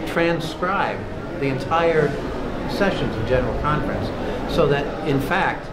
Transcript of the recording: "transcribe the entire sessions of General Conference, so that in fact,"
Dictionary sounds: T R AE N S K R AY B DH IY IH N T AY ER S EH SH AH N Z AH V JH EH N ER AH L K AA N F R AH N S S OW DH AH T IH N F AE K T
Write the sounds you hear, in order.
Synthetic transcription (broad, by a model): T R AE N S K R AY B DH IY IH N T AY ER S EH SH AH N Z AH V JH EH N ER L K AA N F R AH N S S OW DH AH T IH N F AE K T